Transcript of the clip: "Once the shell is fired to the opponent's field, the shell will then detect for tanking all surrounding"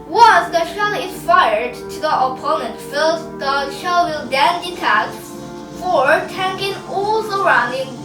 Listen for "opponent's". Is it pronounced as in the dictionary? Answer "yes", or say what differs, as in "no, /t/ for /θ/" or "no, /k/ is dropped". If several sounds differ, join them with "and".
no, /s/ is dropped